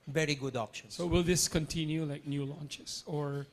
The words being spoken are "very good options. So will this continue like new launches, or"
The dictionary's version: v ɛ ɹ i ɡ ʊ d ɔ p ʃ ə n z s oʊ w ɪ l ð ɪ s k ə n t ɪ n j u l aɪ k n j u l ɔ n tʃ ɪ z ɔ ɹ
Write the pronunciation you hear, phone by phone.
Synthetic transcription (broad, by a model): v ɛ ɹ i ɡ ʊ d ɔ p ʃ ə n s oʊ w ɪ l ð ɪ s k ə n t ɪ n j u l aɪ k n j u l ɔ n tʃ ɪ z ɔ ɹ